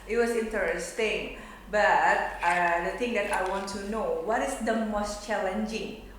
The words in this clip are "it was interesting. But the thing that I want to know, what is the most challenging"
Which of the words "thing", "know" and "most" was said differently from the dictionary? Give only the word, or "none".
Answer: thing